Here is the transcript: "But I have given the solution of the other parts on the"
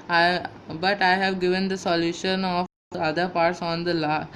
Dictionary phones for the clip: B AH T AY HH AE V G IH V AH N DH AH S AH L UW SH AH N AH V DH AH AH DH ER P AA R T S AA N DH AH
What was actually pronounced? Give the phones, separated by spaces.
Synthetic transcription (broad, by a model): B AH T AY HH AE V G IH V AH N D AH S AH L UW SH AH N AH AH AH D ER P AA R T S AA N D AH